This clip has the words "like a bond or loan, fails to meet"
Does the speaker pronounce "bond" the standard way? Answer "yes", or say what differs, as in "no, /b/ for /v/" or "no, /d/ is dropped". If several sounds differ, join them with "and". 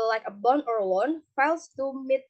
no, /d/ is dropped